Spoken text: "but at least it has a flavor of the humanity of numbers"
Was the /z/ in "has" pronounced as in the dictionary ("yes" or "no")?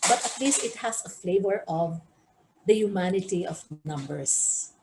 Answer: no